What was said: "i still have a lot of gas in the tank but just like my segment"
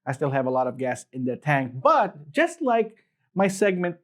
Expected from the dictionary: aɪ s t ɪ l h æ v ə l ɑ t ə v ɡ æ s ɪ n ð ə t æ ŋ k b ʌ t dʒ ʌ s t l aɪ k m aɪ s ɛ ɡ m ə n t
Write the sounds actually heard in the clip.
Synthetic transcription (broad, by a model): aɪ s t ɪ l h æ v ə l ɑ t ə v ɡ æ s ɪ n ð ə t æ ŋ k b ʌ t dʒ ʌ s t l aɪ k m aɪ s ɛ ɡ m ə n t